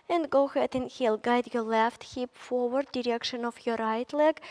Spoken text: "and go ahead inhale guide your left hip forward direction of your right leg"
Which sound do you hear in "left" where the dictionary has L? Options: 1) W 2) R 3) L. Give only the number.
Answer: 3